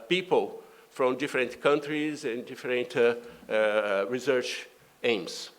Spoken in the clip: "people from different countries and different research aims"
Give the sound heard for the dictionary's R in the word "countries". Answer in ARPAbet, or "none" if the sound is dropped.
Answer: R